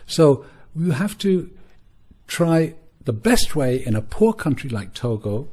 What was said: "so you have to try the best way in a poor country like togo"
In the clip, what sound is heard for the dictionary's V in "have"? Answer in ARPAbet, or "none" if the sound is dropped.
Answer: F